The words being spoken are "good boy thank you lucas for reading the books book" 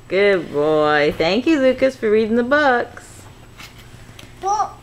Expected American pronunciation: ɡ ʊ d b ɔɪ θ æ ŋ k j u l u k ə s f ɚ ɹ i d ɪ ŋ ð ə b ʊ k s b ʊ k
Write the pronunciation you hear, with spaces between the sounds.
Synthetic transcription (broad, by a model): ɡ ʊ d b ɔɪ θ æ ŋ k j u l u k ə s f ɚ ɹ i d ɪ ŋ ð ə b ʊ k s